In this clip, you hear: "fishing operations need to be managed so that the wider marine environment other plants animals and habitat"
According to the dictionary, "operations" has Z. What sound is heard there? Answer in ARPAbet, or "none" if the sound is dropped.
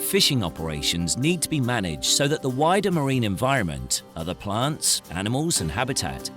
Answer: Z